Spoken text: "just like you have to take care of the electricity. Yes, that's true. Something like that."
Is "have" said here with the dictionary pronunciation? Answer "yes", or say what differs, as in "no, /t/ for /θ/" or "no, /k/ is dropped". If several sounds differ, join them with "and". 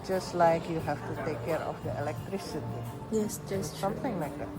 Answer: no, /f/ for /v/